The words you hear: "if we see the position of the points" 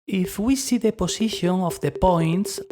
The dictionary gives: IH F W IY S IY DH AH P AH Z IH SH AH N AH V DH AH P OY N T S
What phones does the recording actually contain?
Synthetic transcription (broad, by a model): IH F W IY S IY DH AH P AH S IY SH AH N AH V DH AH P OY N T S